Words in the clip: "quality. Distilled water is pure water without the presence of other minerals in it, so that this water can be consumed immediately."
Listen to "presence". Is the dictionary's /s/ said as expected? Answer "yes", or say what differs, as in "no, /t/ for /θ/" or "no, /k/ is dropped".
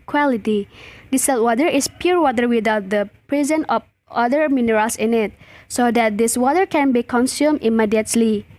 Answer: no, /s/ is dropped